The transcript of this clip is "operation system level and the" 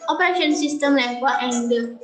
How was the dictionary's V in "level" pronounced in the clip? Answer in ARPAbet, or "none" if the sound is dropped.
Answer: W